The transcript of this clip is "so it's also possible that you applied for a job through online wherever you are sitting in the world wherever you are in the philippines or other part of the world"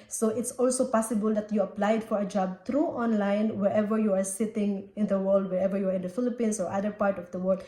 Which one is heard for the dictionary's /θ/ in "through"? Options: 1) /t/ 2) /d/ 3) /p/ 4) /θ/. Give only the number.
1